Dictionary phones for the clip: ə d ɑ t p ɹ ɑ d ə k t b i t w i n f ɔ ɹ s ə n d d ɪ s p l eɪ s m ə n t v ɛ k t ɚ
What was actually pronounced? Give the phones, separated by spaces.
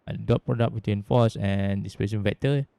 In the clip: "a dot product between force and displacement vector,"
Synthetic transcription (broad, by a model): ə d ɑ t p ɹ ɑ d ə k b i t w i n f ɔ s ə n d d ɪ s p eɪ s ə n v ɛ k t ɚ